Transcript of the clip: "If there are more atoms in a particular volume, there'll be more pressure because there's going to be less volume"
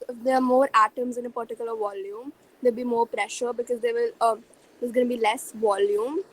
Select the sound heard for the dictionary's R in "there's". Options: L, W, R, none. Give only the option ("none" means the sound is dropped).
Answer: L